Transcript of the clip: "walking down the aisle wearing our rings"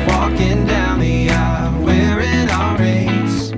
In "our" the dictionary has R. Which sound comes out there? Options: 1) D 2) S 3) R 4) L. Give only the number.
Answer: 4